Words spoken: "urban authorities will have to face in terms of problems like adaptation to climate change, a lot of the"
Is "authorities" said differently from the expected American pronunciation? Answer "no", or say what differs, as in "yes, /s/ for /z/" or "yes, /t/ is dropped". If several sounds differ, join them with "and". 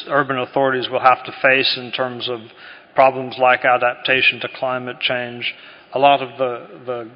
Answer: no